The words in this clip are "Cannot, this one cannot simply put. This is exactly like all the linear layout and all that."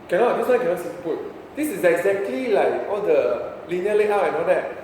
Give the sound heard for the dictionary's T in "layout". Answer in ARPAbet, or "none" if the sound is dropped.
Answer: none